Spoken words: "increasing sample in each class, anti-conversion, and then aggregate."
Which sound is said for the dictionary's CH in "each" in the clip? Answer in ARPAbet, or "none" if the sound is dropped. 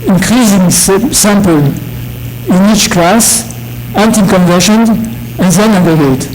CH